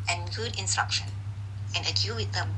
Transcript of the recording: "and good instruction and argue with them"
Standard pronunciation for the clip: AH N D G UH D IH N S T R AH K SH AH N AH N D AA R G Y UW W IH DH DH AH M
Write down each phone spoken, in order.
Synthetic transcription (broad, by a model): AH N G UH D IH N S T R AH K SH AH N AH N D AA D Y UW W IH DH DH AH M